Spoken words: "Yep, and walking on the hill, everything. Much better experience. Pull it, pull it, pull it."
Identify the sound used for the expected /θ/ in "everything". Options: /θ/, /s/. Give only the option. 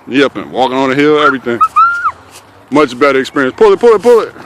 /θ/